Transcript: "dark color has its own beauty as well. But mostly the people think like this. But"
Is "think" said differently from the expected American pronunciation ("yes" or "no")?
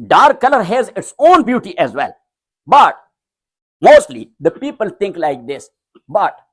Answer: yes